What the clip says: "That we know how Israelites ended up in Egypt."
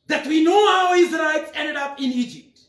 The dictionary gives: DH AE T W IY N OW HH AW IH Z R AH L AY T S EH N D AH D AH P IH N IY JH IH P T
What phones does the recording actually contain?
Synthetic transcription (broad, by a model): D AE T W IY N OW HH AW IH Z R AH IH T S EH N D AH D AH P IH N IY JH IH P T